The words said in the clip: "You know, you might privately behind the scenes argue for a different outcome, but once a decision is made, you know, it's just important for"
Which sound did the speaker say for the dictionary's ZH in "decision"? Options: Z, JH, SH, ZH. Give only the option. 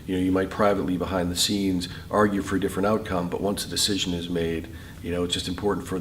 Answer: ZH